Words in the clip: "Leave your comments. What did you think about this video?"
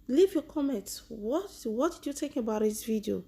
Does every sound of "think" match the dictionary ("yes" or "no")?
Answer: no